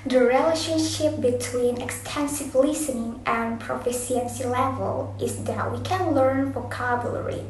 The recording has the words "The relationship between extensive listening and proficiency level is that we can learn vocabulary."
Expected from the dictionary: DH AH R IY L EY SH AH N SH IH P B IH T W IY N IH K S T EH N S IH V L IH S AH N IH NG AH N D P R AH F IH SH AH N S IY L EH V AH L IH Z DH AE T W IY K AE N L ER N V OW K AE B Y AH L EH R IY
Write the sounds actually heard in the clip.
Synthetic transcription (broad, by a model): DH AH R IY L EY SH AH N SH IH P B IH T W IY N IH K S T EH N S IH V L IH S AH N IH NG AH N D P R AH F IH S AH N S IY L EH V AH L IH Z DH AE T W IY K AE N L ER N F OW K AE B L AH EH R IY